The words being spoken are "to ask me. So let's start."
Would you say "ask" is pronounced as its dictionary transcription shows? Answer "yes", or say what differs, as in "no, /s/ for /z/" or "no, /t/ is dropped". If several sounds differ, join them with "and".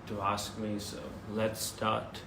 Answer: yes